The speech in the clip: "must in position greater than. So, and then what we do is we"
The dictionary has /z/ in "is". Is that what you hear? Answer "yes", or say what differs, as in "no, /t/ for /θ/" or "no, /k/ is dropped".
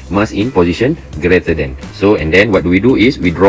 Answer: no, /s/ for /z/